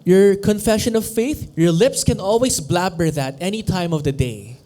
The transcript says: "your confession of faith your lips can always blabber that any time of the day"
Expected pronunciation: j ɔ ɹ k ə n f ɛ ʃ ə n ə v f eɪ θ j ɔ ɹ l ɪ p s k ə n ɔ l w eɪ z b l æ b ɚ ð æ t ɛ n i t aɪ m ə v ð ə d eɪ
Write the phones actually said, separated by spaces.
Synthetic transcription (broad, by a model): j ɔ ɹ k ə n f ɛ ʃ ə n ə v f eɪ θ j ɔ ɹ l ɪ p s k ə n ɔ l w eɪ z b l æ b ɚ ð æ t ɛ n i t aɪ m ə v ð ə d eɪ